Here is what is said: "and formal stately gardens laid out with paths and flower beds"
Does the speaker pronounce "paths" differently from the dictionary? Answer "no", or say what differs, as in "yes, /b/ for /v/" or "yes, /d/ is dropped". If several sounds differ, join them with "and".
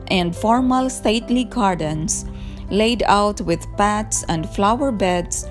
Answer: yes, /t/ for /θ/